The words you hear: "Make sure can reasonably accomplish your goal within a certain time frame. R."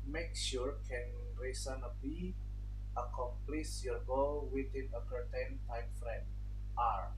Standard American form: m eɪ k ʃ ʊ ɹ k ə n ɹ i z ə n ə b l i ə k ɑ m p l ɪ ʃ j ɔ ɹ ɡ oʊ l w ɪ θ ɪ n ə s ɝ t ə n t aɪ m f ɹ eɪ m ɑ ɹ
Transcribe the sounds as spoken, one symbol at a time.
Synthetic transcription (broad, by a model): m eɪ k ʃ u ɹ k ə n ɹ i s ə n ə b i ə k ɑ m p l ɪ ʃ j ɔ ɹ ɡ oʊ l w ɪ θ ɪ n ə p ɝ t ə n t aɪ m f ɹ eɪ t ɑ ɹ